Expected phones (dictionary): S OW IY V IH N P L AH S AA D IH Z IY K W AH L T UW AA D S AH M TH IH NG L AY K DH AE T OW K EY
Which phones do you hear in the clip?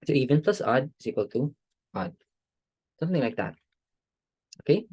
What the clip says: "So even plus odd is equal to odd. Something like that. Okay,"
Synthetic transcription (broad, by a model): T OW IY V IH N P L AH S AA D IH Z IY K W AH L T UW AA D S AH M TH IH NG L AY K DH AE T OW K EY